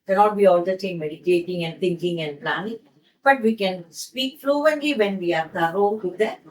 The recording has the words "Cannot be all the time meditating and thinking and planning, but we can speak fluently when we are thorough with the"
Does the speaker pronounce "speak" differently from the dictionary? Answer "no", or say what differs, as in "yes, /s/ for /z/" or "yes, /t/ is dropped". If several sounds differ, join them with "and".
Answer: no